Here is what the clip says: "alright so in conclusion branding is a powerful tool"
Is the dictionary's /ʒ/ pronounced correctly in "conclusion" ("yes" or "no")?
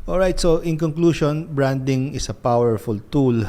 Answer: no